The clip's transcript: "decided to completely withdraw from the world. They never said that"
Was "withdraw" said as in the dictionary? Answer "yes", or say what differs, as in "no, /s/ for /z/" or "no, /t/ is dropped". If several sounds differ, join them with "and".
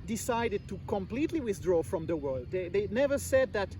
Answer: yes